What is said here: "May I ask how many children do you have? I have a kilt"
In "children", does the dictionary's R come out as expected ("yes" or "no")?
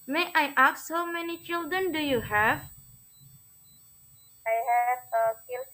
yes